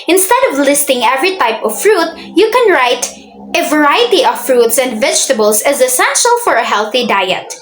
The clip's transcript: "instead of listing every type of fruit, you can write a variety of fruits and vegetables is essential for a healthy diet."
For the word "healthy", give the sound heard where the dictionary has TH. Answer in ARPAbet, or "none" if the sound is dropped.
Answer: TH